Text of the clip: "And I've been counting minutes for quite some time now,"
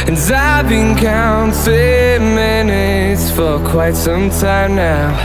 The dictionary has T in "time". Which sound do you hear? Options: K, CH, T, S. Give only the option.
T